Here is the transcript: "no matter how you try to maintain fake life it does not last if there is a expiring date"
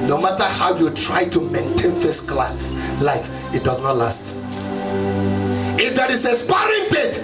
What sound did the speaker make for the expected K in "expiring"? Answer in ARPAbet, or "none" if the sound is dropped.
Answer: none